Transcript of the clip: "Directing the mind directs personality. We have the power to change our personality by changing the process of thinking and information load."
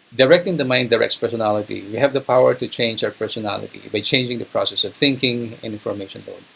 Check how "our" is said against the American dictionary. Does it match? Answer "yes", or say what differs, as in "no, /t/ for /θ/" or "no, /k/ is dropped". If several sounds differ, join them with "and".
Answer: no, /w/ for /ɹ/